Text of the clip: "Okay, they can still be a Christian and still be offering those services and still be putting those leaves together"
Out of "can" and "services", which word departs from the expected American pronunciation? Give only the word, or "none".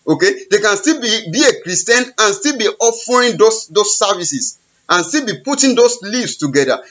services